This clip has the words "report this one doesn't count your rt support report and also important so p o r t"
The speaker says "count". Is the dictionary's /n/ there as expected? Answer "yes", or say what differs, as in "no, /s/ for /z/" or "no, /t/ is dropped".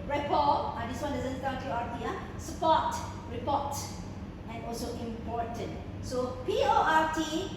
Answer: no, /n/ is dropped